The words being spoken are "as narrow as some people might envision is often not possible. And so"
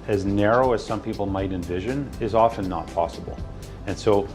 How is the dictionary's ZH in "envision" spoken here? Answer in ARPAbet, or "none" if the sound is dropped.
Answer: ZH